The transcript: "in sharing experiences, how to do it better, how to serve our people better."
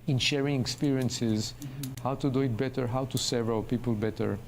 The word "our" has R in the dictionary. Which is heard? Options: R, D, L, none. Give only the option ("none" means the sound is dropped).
L